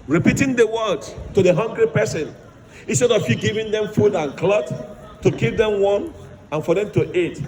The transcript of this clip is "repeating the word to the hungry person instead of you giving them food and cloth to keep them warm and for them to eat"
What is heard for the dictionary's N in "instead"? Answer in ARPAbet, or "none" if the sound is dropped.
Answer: N